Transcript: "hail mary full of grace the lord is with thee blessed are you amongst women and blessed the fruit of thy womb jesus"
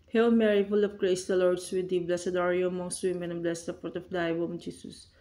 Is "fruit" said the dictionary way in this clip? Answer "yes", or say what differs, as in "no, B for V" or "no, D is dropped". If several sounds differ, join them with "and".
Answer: no, P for F